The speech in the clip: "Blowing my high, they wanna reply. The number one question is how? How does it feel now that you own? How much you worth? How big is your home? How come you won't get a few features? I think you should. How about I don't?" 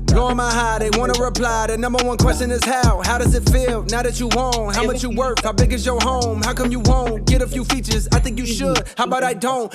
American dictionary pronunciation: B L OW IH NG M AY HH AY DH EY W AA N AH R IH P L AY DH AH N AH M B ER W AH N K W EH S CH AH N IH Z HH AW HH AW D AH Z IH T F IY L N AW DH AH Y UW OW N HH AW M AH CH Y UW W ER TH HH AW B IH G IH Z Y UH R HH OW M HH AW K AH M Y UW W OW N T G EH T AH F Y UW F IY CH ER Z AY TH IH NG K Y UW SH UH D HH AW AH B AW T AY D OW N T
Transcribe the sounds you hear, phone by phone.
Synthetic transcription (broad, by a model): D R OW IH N M AY HH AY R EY W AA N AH R IH P L AY DH AH N AH M B ER W AH N K W EH S CH AH N IH Z HH AW HH AW D AH Z IH T F IY L N AW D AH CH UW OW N HH AW M AH CH Y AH W ER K HH AW B IH G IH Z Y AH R HH OW M HH AW K AH M Y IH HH OW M G EH T AH F Y UW F IY CH ER Z AY TH IH NG K Y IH SH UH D HH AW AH B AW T AY D OW N T